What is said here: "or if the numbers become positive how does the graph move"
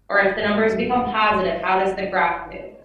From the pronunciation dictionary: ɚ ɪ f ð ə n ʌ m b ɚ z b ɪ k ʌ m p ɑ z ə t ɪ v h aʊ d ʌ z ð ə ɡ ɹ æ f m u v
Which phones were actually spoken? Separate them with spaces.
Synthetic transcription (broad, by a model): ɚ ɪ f ð ə n ʌ m b ɚ z b ɪ k ʌ m p ɑ z ə t ɪ v h aʊ d ʌ z ð ə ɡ ɹ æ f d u